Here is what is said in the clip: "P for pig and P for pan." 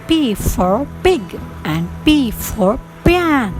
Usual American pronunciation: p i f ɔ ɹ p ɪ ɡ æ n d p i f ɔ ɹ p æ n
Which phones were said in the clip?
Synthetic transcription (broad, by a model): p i f ɔ ɹ b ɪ ɡ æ n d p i f ɔ ɹ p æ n